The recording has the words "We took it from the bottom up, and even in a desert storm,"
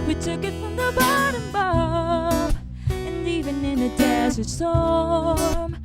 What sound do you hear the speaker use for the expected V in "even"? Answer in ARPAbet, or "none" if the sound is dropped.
V